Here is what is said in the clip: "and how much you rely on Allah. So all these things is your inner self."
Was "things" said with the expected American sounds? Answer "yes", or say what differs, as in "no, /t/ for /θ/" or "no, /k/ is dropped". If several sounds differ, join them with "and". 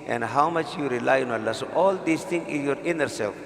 no, /z/ is dropped